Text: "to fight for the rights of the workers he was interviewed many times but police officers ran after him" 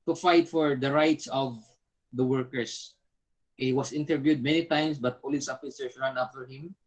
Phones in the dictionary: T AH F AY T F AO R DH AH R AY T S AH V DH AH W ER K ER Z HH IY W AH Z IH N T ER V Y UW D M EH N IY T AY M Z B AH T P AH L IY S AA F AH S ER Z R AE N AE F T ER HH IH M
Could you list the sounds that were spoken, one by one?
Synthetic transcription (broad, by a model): T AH F AY T F AO R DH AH R AY T S AH V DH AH W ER K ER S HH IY W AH S IH N T ER V Y UW D M EH N IY T AY M S B AH T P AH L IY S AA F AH S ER S R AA N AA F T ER HH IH M